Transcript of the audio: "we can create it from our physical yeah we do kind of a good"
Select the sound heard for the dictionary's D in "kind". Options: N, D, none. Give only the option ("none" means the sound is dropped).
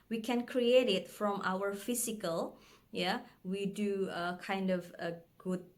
D